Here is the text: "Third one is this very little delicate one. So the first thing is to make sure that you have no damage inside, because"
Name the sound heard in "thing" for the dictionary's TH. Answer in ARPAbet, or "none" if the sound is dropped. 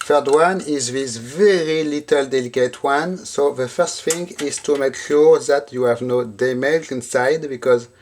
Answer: F